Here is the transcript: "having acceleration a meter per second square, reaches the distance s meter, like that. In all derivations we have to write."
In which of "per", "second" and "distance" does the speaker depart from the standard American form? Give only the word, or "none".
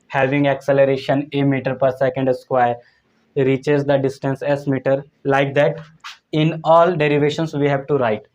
none